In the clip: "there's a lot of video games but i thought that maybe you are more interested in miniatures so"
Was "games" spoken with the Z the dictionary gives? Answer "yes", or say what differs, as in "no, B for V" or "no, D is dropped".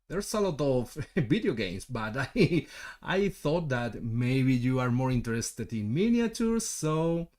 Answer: no, S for Z